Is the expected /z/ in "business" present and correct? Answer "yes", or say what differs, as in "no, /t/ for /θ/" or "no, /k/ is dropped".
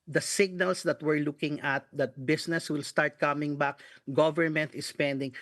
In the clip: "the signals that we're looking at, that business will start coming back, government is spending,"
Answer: no, /s/ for /z/